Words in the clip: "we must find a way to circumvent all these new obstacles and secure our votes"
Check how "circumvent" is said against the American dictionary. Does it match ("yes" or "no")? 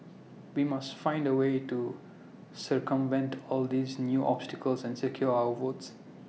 yes